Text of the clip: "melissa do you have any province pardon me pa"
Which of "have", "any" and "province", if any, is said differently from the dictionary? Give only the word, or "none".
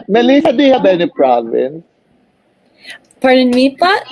have